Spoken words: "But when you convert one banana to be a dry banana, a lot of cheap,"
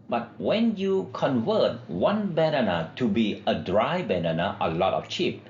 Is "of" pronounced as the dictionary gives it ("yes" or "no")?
no